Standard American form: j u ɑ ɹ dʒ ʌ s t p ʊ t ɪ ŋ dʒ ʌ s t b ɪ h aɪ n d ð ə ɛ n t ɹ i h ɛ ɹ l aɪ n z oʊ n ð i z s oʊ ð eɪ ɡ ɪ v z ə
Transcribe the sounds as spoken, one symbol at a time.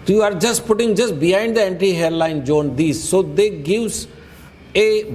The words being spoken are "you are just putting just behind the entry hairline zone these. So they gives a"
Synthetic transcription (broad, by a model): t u ɑ ɹ dʒ ʌ s t p ʊ t ɪ ŋ dʒ ʌ s t b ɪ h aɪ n d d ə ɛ n t i h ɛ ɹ l aɪ n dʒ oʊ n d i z s oʊ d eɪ ɡ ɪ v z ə